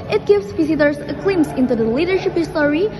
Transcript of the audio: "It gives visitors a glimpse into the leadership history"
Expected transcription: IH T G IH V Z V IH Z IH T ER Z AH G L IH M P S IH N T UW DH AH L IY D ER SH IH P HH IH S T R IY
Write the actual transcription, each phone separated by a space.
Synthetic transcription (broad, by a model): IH T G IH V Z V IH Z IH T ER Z AH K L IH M S IH N T UW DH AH L IY D ER SH IH P HH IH S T R IY